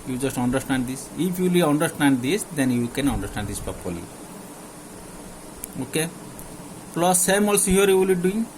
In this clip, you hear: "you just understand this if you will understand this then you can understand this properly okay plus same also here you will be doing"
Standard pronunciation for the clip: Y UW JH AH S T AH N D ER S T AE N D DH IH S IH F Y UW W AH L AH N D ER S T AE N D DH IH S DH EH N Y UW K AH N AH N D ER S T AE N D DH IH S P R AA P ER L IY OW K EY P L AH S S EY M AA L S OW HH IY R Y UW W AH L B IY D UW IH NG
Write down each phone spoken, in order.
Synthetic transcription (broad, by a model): Y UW JH AH S T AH N D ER S T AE N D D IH S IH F Y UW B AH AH N D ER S T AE N D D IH S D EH N Y UW K AH N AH N D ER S T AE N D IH S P AA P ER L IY OW K EY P L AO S S EY M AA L S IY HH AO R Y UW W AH L B IY D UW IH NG